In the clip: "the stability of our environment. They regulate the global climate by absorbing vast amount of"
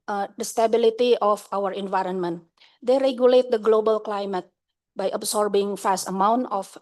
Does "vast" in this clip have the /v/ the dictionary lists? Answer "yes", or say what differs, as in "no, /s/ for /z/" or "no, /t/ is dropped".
no, /f/ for /v/